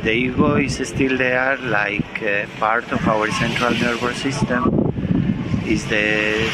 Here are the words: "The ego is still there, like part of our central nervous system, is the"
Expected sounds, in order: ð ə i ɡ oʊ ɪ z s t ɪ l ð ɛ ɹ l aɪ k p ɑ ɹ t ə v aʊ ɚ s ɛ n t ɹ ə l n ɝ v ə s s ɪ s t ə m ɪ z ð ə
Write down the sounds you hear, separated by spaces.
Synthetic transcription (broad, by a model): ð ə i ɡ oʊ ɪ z s t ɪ l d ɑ ɹ l aɪ k p ɑ ɹ t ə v aʊ ɚ s ɛ n t ɹ ə l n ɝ b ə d s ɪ s t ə m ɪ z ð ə